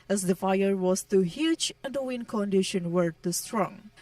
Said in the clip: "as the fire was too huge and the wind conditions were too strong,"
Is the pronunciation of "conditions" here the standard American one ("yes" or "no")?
no